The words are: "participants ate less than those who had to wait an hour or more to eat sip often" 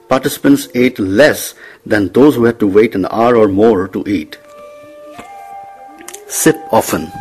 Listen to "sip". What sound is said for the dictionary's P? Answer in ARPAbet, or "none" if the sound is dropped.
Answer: P